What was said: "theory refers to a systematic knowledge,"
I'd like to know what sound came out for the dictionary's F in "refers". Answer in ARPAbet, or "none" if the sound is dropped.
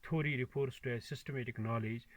P